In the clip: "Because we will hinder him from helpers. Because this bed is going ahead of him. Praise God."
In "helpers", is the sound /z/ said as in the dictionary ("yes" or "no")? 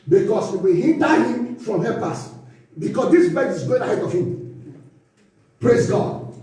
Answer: no